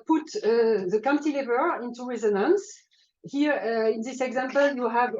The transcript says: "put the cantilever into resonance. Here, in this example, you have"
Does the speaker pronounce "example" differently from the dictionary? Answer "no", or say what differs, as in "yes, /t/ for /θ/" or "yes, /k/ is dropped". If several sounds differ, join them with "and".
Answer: no